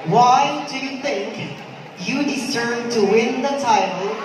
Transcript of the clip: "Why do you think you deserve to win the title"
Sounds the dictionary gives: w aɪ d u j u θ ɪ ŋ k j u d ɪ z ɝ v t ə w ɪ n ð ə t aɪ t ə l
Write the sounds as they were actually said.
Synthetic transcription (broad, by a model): w aɪ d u j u θ ɪ ŋ k j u d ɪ s ɝ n t ə w ɪ n ð ə t aɪ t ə l